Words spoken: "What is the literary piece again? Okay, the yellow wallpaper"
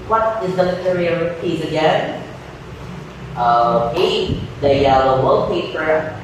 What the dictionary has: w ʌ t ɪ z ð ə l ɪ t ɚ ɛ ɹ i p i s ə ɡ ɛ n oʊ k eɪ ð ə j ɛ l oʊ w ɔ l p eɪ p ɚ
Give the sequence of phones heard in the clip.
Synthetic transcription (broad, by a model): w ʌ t ɪ z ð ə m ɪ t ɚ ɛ ɹ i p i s ə ɡ ɛ n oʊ eɪ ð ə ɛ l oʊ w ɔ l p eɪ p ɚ